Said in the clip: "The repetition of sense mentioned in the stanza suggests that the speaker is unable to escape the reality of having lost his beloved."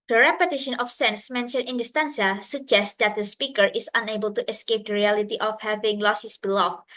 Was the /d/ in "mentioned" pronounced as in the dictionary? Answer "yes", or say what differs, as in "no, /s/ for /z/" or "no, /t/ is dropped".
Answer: no, /d/ is dropped